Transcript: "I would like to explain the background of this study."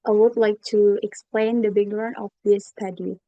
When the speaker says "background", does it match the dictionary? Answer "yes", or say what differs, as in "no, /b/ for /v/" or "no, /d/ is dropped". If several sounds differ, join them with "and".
no, /k/ is dropped and /d/ is dropped